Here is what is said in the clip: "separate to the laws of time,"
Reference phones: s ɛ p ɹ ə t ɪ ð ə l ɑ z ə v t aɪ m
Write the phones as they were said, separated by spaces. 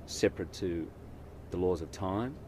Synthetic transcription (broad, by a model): s ɛ p ɹ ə t ɪ ð ə l ɑ z ə v t aɪ m